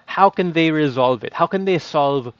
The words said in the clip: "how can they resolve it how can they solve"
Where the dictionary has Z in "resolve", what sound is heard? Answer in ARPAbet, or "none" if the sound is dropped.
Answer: Z